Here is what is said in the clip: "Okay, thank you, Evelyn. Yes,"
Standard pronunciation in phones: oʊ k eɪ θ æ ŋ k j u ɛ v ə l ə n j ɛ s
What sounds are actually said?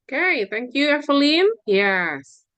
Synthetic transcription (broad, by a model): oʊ k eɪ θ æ ŋ k j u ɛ f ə l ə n j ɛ s